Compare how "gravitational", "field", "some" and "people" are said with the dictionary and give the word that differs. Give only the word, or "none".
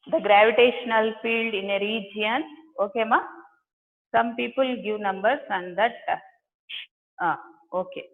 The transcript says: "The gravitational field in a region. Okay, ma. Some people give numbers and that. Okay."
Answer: none